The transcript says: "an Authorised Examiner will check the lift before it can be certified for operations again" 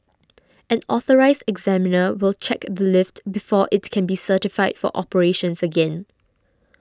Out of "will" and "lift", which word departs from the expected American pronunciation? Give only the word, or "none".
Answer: none